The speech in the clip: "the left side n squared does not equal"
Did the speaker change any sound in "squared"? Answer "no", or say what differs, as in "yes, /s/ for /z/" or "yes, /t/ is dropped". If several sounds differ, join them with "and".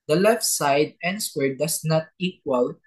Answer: yes, /k/ is dropped